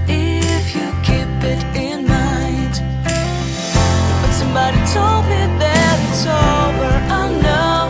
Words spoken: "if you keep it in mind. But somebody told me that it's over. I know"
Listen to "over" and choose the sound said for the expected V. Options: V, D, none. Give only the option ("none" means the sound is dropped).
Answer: none